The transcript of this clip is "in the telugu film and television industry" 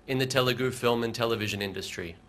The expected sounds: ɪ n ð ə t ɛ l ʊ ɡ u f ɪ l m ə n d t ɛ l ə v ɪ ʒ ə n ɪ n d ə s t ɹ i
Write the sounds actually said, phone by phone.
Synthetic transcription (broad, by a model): ɪ n ð ə t ɛ l ʊ ɡ u f ɪ l m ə n t ɛ l ə v ɪ ʒ ə n ɪ n d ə s t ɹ i